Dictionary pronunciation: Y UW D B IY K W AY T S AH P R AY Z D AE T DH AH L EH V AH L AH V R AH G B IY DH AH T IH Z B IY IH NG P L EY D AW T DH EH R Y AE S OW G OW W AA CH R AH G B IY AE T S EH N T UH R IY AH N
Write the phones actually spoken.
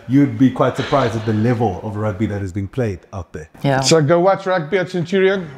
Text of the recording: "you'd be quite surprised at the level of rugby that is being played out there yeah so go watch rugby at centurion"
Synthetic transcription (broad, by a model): Y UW D B IY K W AY T S AH P R AY Z D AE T DH AH L EH V AH L AH V R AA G B IY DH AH T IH Z B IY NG P L EY D AW T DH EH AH S OW G OW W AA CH R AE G B IY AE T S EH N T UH R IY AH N